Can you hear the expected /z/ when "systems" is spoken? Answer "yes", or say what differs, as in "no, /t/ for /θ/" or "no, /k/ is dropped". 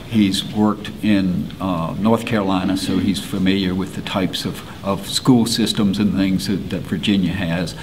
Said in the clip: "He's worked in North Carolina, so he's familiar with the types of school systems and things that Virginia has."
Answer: yes